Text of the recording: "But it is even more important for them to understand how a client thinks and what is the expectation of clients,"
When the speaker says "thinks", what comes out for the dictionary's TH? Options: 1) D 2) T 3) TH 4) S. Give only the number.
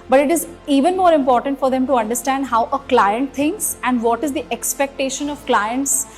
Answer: 2